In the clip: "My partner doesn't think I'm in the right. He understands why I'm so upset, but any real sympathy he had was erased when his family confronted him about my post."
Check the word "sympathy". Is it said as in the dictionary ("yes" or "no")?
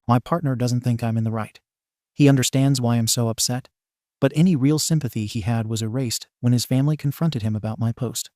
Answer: yes